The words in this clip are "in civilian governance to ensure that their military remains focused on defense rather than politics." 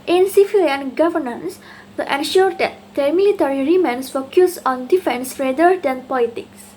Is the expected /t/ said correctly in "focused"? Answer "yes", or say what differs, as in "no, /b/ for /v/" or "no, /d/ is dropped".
no, /t/ is dropped